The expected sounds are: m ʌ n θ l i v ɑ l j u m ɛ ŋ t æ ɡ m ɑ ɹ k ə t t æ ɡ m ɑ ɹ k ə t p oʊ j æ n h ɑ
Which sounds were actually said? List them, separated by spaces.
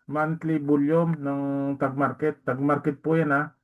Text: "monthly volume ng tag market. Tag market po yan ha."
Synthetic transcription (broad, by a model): m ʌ n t l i b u l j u m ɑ ŋ t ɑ ɡ m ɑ ɹ k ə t t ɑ ɡ m ɑ ɹ k ə t p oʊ j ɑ n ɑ